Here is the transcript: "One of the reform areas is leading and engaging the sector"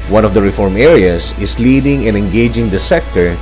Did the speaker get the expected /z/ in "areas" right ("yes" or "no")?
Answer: no